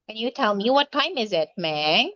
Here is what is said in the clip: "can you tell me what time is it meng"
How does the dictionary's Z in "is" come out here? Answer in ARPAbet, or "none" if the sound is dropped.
Z